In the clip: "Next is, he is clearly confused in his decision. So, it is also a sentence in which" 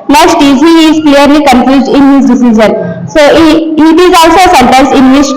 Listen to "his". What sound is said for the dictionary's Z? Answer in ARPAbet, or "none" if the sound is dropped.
S